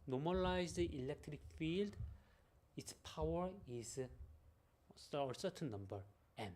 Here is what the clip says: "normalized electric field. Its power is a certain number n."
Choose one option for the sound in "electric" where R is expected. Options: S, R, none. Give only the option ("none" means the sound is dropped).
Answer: R